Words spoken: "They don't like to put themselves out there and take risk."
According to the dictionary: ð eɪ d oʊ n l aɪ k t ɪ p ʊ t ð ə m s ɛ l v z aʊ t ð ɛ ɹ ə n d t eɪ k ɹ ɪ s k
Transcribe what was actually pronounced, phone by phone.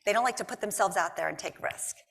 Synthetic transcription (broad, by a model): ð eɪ d oʊ n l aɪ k t ɪ p ʊ t ð ə m s ɛ l v z aʊ t ð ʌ ɹ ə n t eɪ k ɹ ɪ s k